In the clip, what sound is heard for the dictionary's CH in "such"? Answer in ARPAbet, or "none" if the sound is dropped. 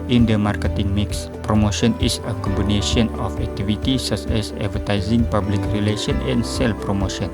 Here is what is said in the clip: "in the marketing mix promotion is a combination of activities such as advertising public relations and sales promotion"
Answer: S